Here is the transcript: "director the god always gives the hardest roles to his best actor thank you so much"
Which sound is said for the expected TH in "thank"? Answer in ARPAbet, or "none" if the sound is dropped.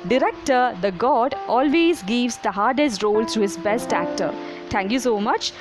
T